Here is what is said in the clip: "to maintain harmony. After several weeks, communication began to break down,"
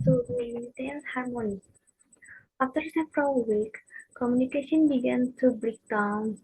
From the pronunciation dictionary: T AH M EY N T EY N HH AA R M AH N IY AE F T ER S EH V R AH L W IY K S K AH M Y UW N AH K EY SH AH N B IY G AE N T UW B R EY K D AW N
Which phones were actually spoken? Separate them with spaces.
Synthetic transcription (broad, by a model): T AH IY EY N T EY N HH AA R M AH N IY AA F T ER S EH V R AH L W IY K K AH M Y UW N AH K EY SH AH N B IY G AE N T UW B R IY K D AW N